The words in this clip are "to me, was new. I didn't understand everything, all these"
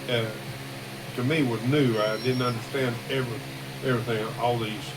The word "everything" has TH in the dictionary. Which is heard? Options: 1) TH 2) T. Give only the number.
1